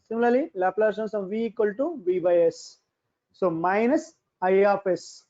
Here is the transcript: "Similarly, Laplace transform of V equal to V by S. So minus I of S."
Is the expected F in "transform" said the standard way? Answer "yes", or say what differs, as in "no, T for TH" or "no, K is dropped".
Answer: no, F is dropped